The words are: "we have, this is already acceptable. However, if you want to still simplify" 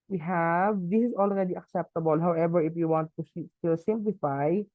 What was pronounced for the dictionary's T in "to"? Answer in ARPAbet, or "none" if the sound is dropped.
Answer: S